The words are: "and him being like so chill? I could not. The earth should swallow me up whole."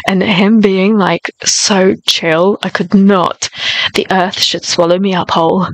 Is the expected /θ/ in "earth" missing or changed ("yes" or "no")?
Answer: no